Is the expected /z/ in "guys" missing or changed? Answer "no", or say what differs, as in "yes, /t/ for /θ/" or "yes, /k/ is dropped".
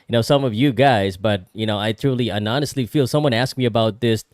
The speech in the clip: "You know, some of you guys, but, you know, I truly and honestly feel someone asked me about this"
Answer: no